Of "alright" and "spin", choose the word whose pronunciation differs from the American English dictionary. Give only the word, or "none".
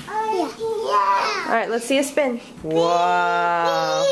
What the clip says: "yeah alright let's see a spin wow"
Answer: alright